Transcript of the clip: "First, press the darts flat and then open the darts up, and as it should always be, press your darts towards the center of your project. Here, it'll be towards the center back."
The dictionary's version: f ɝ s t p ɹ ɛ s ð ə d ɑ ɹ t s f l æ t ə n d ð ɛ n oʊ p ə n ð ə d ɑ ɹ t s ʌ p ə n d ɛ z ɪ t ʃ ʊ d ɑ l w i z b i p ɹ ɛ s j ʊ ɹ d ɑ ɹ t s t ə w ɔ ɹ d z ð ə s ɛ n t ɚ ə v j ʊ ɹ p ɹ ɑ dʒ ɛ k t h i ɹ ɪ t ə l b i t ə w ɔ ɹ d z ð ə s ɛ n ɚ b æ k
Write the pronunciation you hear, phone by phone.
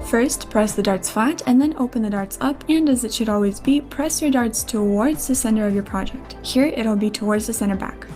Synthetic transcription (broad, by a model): f ɝ s t p ɹ ɛ s ð ə d ɑ ɹ t s f æ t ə n ð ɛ n oʊ p ə n ð ə d ɑ ɹ t s ʌ p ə n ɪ z ɪ t ʃ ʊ d ɑ l w i z b i p ɹ ɛ s j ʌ ɹ d ɑ ɹ t s t ə w ɔ ɹ d z ð ə s ɛ n t ɚ ə v j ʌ ɹ p ɹ ɑ dʒ ɛ k t h i ɹ ɪ t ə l b i t ə w ɔ ɹ d z ð ə s ɛ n ɚ b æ k